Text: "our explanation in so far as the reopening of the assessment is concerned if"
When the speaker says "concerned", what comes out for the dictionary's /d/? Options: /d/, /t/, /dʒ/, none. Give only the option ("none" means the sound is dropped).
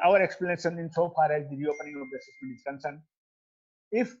none